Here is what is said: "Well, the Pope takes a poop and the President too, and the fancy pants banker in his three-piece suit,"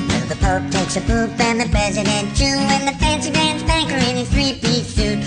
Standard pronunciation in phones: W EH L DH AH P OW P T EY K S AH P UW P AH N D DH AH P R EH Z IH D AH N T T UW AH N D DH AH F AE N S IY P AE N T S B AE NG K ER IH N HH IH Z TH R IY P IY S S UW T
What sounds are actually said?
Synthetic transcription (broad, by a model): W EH DH AH P OW P T EY K S AH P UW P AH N DH AH P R EH Z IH D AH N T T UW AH N DH AH F AE N S IY B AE N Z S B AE NG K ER IH N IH TH R IY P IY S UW